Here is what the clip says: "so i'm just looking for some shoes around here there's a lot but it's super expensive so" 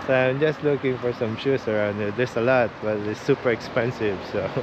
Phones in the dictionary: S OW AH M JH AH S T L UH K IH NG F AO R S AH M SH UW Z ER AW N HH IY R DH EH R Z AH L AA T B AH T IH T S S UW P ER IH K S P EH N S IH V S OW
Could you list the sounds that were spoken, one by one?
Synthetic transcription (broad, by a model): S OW AH M JH AH S T L UH K IH NG F AO R S AH M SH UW S ER AW N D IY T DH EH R S AH L AA T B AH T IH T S S UW P ER IH K S P EH N S IH V S OW